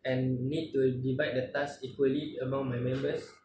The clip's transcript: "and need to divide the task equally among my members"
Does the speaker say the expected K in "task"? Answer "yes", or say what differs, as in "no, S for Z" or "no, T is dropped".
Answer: no, K is dropped